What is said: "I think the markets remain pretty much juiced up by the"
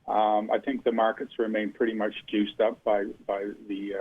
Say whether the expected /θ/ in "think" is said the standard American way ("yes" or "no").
yes